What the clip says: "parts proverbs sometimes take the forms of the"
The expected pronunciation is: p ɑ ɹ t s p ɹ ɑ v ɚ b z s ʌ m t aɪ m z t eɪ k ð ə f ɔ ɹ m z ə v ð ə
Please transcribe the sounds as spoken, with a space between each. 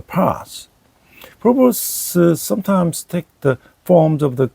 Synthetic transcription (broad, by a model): p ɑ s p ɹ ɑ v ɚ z s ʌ m t aɪ m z t eɪ k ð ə f ɔ ɹ m z ə v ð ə